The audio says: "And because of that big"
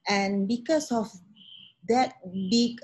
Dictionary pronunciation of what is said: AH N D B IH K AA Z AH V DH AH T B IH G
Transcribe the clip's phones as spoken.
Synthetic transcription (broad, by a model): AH N B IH K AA S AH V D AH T B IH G